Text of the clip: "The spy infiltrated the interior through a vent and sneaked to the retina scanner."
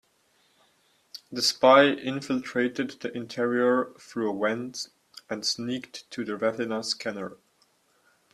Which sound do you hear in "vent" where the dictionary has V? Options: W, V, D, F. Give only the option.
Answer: W